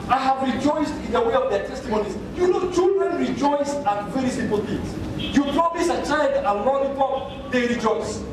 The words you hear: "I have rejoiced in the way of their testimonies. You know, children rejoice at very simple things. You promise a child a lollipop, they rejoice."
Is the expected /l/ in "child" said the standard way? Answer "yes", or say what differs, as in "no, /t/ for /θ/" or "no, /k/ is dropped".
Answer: no, /n/ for /l/